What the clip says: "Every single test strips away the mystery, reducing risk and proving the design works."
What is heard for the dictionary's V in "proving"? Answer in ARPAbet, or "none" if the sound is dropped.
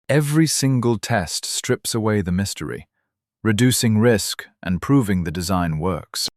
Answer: V